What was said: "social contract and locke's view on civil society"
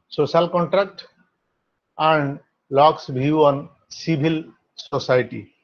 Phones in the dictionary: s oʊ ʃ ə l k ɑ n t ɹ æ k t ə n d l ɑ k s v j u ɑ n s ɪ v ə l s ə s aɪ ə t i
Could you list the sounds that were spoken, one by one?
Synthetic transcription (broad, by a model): s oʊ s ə l k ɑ n t ɹ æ k t ə n d l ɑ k s b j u ɑ n s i b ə l s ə s aɪ t i